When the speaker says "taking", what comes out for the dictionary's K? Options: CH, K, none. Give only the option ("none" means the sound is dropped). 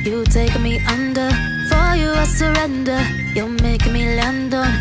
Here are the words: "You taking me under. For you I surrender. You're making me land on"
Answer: none